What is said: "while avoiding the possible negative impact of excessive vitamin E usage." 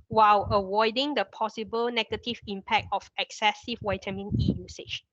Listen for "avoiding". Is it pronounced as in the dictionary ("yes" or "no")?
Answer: no